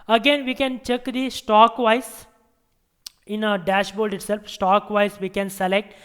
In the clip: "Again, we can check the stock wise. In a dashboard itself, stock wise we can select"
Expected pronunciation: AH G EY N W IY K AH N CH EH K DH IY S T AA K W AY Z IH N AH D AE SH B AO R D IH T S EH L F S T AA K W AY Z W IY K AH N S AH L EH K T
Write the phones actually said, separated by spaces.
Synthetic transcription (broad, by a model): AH G EY N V IY K AH N CH EH K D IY S T AA K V AY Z IH N AH D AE SH B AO L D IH T S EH L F S T AA K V AY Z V IY K AH N S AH L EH K T